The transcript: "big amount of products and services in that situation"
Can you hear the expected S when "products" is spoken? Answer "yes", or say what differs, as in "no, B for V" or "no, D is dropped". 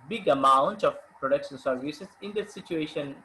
no, SH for S